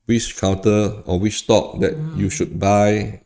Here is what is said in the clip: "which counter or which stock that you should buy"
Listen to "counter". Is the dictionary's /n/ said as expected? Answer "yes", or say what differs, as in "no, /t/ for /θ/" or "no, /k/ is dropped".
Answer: no, /n/ is dropped